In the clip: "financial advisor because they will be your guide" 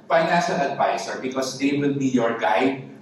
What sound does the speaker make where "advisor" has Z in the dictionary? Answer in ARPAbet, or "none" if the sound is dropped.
S